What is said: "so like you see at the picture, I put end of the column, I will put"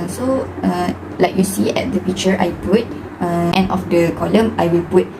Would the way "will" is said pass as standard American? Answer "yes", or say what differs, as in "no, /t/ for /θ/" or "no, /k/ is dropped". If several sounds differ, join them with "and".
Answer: yes